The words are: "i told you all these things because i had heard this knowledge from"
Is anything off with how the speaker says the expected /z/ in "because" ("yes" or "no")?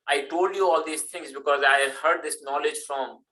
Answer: no